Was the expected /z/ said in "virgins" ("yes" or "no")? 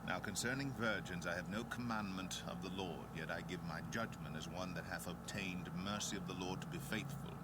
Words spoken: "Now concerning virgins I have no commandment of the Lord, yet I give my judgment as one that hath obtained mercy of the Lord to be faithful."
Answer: yes